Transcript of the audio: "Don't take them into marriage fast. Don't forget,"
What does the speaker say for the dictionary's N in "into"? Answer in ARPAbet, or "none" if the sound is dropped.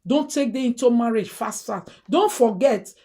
N